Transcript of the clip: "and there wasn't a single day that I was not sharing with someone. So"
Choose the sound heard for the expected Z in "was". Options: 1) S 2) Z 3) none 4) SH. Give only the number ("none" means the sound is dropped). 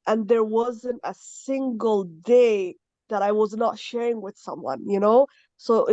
2